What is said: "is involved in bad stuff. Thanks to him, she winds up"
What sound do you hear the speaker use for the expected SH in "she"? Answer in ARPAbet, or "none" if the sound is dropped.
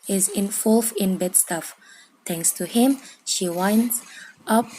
SH